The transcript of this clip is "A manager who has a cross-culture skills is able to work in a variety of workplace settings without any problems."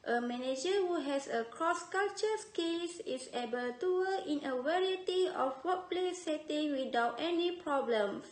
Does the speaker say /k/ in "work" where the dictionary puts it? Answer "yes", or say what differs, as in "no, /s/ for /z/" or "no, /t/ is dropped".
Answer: no, /k/ is dropped